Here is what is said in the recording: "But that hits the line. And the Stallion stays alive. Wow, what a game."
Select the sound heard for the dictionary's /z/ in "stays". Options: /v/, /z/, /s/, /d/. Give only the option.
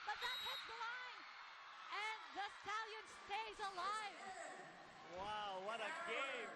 /z/